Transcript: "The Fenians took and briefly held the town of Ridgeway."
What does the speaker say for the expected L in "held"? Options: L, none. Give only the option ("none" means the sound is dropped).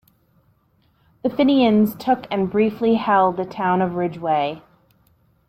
L